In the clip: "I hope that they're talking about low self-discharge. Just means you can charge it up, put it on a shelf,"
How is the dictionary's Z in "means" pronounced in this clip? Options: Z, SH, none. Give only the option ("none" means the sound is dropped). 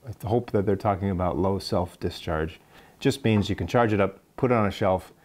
Z